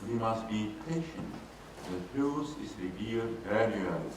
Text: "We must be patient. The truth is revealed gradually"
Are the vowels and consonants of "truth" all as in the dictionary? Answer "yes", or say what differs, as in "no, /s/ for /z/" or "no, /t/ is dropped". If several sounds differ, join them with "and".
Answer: no, /s/ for /θ/